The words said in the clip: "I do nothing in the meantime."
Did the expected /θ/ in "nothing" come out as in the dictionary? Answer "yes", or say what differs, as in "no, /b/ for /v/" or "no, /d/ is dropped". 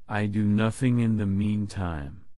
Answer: yes